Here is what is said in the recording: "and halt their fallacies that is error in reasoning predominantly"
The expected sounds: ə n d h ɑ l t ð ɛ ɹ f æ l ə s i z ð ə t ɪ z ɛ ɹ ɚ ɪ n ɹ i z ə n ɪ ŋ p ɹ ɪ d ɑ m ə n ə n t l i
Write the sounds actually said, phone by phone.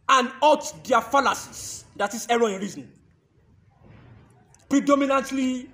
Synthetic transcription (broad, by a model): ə n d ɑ t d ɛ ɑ f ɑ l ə s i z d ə t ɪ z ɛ ɹ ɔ ɪ n ɹ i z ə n p ɹ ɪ d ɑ m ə n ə n t l i